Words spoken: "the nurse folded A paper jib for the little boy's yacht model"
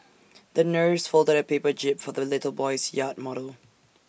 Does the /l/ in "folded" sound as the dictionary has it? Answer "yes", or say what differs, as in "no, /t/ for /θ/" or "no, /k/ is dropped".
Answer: yes